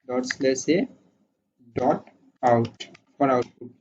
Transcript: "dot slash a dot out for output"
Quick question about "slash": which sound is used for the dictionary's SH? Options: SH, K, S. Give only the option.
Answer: S